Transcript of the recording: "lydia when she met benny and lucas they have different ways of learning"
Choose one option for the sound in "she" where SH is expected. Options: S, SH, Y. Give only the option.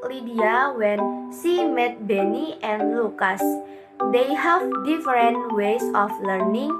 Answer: S